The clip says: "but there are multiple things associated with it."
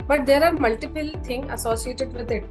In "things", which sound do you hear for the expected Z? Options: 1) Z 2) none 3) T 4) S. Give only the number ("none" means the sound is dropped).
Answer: 2